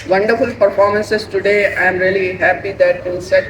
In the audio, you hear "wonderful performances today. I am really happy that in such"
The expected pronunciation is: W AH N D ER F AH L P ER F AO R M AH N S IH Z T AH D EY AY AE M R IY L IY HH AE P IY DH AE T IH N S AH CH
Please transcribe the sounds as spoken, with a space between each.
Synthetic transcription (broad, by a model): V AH N D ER F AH L P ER F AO R M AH N S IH S T AH D EY AY M R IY L IY HH AE P IY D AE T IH L S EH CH